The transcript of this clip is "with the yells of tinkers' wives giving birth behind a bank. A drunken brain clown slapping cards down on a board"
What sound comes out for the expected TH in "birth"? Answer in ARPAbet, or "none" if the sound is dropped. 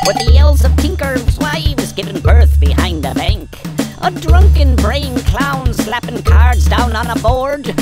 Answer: TH